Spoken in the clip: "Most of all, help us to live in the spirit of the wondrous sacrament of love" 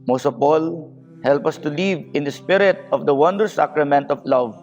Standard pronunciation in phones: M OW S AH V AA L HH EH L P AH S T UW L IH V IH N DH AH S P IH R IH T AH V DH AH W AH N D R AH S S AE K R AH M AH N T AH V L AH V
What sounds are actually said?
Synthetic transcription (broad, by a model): M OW S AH P AA L HH EH L P AH S T UW L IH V IH N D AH S P IH R IH T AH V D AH W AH N D AH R S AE K R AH M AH N T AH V L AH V